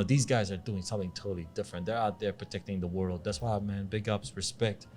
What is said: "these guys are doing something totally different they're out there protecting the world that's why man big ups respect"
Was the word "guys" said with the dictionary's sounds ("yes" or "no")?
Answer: yes